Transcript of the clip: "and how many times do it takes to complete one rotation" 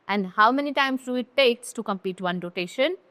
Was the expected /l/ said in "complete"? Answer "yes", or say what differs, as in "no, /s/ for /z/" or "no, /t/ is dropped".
no, /l/ is dropped